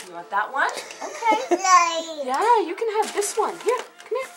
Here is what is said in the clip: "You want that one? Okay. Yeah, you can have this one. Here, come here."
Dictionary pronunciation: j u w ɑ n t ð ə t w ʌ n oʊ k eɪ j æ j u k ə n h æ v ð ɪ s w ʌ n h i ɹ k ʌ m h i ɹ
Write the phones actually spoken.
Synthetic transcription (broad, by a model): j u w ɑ t ð ə t w ʌ n oʊ k eɪ j æ j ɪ k ə n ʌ v ð ɪ s w ʌ n h i ɹ k ʌ m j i